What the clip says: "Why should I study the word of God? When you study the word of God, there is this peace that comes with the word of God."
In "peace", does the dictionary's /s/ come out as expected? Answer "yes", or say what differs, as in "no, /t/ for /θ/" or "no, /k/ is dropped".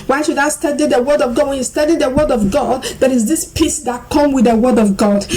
yes